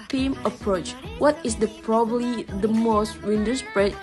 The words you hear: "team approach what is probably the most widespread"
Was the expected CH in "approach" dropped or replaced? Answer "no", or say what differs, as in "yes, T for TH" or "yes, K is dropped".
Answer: no